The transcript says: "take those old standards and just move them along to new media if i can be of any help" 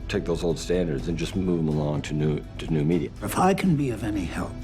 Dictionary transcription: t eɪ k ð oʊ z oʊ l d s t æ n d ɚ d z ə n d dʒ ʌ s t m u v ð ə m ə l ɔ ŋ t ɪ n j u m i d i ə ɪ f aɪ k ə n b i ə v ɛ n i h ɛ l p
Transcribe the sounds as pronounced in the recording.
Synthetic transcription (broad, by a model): t eɪ k ð oʊ z oʊ l d s t æ n d ɚ d z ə n dʒ ʌ s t m u v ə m ə l ɔ ŋ t ɪ n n u m i d i ə ɪ f aɪ k ə n b i ə v ɛ n i h ɛ l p